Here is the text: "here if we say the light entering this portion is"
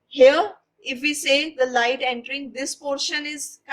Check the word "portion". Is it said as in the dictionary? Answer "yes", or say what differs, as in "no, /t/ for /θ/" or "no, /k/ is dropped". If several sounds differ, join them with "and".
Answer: yes